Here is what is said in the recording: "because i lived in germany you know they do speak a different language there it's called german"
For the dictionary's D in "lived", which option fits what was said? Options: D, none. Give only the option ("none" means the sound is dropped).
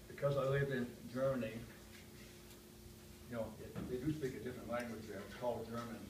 none